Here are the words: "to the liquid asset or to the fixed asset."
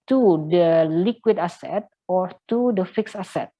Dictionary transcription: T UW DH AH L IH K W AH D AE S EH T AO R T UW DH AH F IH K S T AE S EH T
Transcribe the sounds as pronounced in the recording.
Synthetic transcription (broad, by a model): T UW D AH L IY K W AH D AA S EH T AO R T UW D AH F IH K S AA S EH T